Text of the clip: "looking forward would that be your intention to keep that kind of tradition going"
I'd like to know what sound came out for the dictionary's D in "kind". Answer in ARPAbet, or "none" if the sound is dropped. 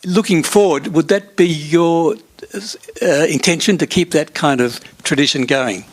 D